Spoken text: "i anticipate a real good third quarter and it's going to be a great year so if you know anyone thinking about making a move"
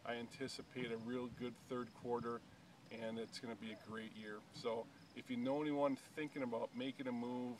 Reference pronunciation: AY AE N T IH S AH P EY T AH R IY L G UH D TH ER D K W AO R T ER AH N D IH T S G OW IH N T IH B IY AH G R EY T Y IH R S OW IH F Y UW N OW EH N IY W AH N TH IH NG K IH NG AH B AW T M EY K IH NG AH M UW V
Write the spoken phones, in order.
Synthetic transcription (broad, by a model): AY AE N T IH S AH P EY T AH R IY L G UH D TH ER D K W AO R T ER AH N IH T S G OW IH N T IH B IY AH G R EY T Y IH R S OW IH F Y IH N OW EH N IY W AH N TH IH NG K IH NG AH B AW T M EY K IH NG AH M UW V